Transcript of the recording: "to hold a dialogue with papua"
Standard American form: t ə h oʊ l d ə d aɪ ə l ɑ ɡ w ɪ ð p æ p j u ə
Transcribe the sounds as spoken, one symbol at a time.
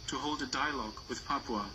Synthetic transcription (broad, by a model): t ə h oʊ l d ə d aɪ ə l ɑ ɡ w ɪ ð p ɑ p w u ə